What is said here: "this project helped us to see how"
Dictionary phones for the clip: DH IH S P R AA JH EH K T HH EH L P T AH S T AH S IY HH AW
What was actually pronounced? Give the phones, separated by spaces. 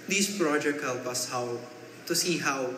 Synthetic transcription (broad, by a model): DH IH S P R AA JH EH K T HH EH L P AH S T AH S IY HH AW